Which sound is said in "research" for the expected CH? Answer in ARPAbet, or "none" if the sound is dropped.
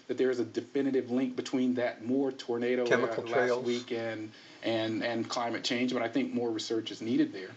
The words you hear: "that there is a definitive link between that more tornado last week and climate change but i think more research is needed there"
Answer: CH